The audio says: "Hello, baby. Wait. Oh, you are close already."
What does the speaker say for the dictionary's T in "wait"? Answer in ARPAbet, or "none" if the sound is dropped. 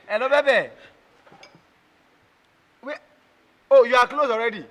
none